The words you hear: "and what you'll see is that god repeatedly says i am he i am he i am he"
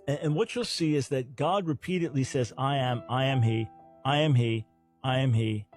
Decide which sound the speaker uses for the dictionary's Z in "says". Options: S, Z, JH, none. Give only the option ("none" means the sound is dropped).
Z